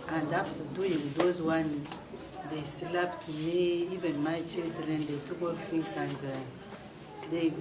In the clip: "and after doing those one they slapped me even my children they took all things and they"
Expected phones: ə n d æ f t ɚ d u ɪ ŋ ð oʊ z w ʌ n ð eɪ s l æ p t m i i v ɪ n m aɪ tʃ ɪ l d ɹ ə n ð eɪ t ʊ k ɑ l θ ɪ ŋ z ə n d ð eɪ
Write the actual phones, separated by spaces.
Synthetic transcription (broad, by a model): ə n d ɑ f t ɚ d u ɪ ŋ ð oʊ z w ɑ n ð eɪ s l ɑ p t m i i v ɪ n m aɪ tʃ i l d ɹ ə n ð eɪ t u k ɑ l f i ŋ s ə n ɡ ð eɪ